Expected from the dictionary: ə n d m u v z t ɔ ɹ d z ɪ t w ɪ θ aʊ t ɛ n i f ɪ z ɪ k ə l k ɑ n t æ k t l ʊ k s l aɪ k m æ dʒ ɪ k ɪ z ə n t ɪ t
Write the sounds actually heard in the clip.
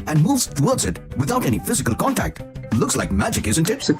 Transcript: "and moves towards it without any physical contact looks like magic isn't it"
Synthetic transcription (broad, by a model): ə n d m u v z t ɔ ɹ d z ɪ t w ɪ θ aʊ t ɛ n i f ɪ z ɪ k ə l k ɑ n t æ k t l ʊ k s l aɪ k m æ dʒ ɪ k ɪ z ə n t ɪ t